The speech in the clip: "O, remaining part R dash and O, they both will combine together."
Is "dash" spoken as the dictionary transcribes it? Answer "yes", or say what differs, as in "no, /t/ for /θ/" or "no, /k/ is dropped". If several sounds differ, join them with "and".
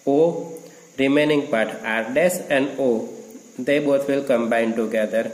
no, /s/ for /ʃ/